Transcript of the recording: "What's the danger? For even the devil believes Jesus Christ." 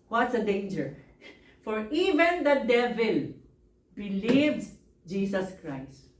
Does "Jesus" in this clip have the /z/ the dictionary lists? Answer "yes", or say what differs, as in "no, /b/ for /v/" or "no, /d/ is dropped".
no, /s/ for /z/